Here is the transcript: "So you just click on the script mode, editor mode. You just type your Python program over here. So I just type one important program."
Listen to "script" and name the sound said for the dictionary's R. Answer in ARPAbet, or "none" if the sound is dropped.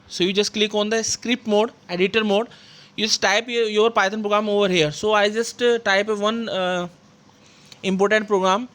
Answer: R